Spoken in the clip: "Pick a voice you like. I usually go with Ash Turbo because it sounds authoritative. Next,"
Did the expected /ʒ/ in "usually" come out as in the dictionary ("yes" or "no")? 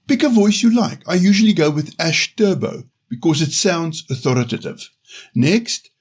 yes